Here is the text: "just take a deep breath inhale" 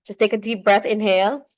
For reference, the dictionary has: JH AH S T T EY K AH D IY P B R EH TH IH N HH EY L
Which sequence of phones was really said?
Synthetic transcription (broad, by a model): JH AH S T T EY K AH D IY P B R EH TH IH N HH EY L